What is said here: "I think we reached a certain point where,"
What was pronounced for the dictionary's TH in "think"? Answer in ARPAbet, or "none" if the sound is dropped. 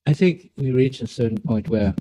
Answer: TH